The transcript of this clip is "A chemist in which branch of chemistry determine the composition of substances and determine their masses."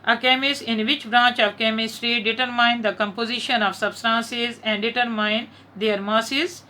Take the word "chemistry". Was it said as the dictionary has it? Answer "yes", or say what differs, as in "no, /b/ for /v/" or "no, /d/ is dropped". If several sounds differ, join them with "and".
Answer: yes